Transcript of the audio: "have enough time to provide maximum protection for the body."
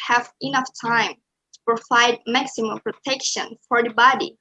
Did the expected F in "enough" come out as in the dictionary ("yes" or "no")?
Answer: yes